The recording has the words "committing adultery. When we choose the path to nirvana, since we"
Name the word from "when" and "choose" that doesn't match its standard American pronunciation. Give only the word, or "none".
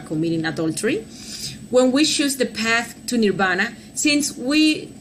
choose